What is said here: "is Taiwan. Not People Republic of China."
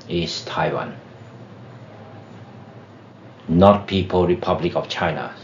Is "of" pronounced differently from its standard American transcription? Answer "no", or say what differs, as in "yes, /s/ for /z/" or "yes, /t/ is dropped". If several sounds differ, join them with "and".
yes, /f/ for /v/